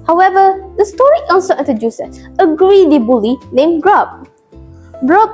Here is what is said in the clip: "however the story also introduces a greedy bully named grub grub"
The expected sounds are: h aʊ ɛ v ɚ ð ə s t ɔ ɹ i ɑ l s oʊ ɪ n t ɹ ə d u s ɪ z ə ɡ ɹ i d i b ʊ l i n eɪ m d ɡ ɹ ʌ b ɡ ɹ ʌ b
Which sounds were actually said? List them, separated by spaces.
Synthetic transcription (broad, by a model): h aʊ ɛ v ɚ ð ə s t ɔ ɹ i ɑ n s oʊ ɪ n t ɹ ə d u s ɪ s ə ɡ ɹ i d i b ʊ l i n eɪ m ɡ ɹ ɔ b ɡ ɹ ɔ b